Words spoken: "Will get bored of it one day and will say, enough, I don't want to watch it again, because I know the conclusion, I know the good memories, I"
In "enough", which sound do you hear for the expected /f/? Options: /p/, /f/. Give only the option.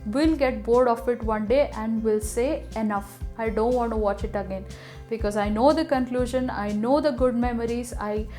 /f/